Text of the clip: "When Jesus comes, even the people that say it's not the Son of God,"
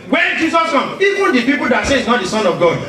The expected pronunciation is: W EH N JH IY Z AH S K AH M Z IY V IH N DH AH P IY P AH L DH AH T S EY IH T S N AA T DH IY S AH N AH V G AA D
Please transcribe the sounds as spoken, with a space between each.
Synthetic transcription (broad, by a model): W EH N JH IY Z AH S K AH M IY V IH N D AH P IY P AH L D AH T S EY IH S N AA T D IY S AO N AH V G AA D